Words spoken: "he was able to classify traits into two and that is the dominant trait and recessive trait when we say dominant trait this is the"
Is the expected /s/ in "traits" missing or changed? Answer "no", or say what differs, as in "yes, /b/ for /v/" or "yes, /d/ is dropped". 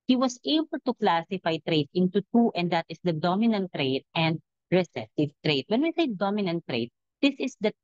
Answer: yes, /s/ is dropped